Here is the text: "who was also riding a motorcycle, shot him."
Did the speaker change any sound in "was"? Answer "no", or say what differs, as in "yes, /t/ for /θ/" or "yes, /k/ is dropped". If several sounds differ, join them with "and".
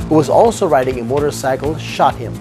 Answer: no